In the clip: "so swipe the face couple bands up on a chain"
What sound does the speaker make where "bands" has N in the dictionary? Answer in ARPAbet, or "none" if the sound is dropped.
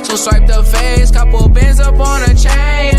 none